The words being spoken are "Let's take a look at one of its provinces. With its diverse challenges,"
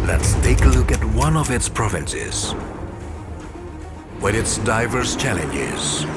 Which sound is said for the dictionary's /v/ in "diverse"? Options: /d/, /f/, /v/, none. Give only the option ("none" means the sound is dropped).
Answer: /v/